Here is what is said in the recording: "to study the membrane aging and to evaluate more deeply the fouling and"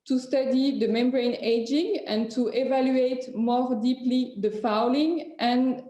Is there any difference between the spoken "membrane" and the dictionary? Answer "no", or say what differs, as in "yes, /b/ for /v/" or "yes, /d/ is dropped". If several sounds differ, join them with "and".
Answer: no